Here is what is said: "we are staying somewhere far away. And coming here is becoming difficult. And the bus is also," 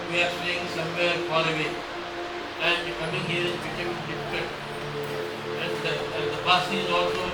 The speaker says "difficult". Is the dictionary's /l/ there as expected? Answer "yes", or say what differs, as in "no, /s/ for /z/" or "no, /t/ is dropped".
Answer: no, /l/ is dropped